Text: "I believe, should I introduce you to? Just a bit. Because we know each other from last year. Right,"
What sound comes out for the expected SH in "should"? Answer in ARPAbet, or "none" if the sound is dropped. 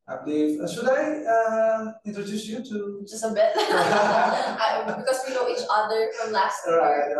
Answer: S